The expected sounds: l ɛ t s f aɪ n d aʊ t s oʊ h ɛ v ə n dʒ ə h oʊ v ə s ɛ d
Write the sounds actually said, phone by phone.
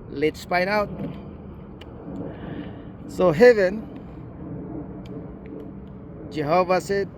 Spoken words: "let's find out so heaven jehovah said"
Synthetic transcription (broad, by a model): l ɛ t s p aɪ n aʊ t s oʊ h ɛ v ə n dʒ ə h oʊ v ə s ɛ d